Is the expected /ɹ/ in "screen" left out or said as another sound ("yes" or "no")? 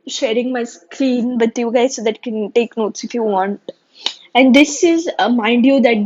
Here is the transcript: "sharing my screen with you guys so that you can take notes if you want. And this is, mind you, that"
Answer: yes